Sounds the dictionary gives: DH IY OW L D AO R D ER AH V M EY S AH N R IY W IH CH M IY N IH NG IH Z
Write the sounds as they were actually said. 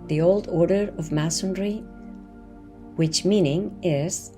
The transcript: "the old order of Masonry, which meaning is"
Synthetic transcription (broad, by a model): DH IY OW L D AO R D ER AH V M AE S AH N R IY W IH CH M IY N IH NG IH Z